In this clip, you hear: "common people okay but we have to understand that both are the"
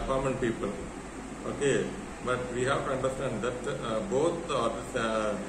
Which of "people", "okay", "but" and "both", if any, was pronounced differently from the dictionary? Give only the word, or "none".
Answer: both